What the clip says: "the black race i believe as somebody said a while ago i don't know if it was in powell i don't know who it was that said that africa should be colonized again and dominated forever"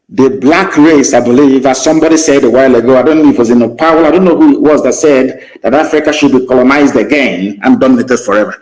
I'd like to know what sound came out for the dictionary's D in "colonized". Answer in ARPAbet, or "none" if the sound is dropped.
D